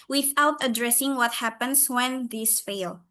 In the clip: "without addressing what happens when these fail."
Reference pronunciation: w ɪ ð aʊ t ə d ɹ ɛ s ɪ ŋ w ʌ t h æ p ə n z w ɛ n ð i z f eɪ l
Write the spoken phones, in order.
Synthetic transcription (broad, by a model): w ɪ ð aʊ t ə d ɹ ɛ s ɪ ŋ w ʌ t h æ p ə n s w ɛ n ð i s f eɪ l